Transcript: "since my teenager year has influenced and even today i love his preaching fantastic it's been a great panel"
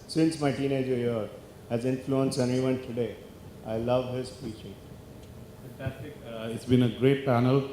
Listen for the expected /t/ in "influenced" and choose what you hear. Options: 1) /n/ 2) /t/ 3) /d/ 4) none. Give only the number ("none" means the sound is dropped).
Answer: 4